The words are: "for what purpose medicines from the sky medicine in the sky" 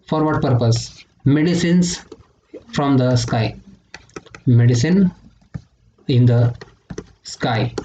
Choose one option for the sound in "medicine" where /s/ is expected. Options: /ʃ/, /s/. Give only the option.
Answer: /s/